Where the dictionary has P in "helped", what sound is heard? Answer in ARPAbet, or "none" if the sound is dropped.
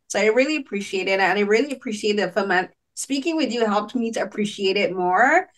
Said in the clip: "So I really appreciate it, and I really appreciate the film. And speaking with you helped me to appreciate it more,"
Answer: P